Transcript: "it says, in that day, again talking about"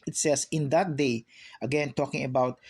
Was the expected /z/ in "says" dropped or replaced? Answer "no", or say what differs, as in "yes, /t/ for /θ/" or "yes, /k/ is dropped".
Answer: yes, /s/ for /z/